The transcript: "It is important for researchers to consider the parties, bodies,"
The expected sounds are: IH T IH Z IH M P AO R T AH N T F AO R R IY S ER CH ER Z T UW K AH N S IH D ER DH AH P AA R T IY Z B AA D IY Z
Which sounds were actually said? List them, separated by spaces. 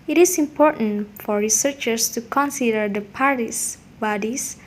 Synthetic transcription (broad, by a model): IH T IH S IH M P AO R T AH N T F AO R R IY S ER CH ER S T UW K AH N S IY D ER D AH P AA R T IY S B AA D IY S